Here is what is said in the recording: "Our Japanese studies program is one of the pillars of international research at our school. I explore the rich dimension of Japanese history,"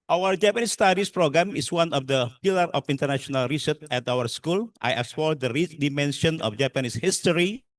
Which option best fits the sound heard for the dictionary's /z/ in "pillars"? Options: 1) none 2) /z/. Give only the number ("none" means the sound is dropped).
1